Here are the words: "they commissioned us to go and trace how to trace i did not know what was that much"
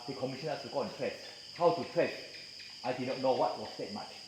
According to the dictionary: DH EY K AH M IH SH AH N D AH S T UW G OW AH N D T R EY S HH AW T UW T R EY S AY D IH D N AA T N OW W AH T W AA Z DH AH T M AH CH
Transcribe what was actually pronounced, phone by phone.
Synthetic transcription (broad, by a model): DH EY K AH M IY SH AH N AH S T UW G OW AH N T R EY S HH AW T UW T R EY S AY D IH D N AA T N OW W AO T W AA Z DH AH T M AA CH